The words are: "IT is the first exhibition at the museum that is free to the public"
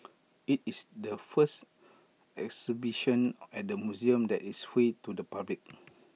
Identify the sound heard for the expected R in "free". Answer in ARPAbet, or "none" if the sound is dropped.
none